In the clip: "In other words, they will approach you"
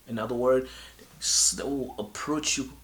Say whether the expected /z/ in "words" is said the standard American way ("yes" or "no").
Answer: no